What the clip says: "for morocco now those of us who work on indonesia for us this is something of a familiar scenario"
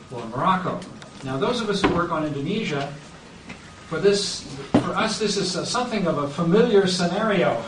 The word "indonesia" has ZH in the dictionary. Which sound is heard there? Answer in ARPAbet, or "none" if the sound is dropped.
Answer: ZH